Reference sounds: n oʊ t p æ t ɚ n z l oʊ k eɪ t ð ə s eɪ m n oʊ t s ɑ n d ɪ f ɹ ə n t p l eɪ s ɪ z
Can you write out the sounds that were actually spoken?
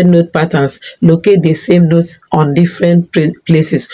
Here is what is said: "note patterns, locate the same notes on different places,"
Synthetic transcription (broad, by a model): n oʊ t p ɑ t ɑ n s l oʊ k eɪ t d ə s eɪ m n oʊ t s ɑ n d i f ɹ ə n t p l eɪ s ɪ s